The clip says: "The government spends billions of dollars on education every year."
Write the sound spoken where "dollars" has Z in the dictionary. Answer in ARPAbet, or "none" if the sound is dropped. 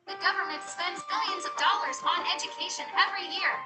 Z